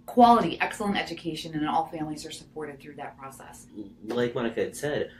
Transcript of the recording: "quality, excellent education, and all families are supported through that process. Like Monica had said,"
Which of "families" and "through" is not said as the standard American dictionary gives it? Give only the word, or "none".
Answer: none